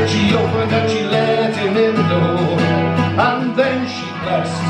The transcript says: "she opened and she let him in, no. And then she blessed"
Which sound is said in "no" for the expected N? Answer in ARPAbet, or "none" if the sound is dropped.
L